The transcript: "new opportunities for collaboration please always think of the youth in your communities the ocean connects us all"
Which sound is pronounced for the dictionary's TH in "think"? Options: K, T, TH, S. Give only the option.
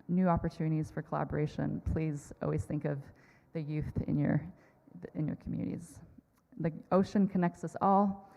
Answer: TH